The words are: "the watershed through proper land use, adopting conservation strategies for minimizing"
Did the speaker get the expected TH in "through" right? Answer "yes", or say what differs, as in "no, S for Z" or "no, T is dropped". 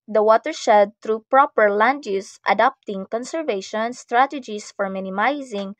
no, T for TH